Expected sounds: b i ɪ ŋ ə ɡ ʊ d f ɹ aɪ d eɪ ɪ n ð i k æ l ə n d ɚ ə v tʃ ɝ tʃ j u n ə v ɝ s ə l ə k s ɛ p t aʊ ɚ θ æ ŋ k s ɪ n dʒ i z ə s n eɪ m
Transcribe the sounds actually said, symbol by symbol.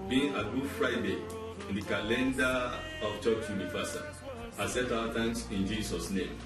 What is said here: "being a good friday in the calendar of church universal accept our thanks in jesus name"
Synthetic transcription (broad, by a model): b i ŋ ə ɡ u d f ɹ aɪ d eɪ ɪ n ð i k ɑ l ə n d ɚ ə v tʃ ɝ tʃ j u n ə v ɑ s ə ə s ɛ t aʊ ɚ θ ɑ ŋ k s ɪ n dʒ i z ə s n eɪ m